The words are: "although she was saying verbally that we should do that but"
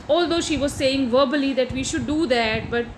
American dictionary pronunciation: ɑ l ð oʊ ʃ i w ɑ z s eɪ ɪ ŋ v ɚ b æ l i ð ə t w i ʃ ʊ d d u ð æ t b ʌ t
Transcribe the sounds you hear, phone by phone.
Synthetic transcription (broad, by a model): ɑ l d oʊ ʃ i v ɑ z s eɪ ɪ ŋ v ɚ b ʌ l i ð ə t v i ʃ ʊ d d u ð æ t b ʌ t